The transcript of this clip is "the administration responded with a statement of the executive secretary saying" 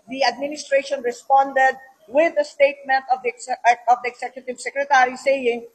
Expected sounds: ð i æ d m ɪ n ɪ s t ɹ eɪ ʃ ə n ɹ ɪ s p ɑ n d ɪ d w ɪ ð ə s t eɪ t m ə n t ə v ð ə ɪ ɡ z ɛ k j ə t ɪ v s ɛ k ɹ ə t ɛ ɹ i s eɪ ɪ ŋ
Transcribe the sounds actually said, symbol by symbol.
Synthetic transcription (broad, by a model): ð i æ d m ɪ n ɪ s t ɹ eɪ ʃ ə n ɹ ɪ s p ɑ n d ɪ d w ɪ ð ə s t eɪ t m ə n t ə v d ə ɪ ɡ s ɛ k j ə t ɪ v s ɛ k ɹ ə t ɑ ɹ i s eɪ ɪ ŋ